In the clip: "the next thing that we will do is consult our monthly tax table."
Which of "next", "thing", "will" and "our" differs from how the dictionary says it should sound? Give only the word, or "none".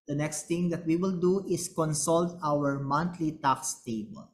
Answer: thing